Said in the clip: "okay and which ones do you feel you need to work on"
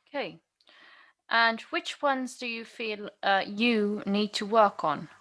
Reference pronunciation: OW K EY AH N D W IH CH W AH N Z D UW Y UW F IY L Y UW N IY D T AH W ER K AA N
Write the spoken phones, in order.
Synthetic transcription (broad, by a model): K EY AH N W IH CH W AH N Z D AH Y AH F IY L Y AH N IY D T AH W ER K N